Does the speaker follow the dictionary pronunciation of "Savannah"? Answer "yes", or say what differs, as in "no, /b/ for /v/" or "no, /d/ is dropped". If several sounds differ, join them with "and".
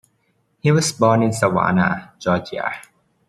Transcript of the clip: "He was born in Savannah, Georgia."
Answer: no, /w/ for /v/